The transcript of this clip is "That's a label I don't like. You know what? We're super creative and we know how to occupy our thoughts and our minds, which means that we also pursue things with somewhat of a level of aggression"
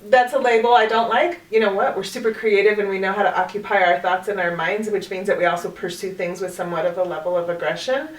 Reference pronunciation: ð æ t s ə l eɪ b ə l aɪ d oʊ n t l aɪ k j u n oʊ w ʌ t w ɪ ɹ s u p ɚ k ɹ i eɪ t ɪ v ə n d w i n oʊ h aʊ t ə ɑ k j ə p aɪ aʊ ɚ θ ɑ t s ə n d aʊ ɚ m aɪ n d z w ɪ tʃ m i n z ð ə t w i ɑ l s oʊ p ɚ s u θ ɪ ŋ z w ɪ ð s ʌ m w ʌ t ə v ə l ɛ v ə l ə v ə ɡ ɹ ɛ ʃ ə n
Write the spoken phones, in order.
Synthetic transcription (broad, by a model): ð æ t s ə l eɪ b l aɪ d oʊ n t l aɪ k j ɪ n oʊ w ʌ t w ɪ ɹ s u p ɚ k ɹ i eɪ t ɪ v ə n w i n oʊ h aʊ t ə ɑ k j ə p aɪ aʊ ɚ θ ɑ t s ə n aʊ ɚ m aɪ n d z w ɪ tʃ m i n z ð ə t w i ɑ l s oʊ p ɚ s u θ ɪ ŋ z w ɪ ð s ʌ m w ʌ t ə v ə l ɛ v l ə v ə ɡ ɹ ɛ ʃ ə n